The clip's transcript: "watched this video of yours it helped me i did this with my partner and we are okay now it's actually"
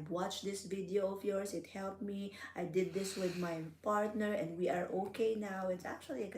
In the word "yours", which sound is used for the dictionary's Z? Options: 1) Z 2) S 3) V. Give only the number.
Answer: 2